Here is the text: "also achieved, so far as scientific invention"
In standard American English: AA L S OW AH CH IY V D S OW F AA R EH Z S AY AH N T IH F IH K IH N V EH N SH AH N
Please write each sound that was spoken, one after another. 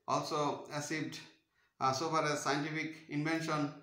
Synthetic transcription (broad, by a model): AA L S OW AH S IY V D S OW F AA R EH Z S AY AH N T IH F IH K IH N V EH N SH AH N